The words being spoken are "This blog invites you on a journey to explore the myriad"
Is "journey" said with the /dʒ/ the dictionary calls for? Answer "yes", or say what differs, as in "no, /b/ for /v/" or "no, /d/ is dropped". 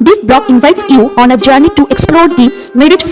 yes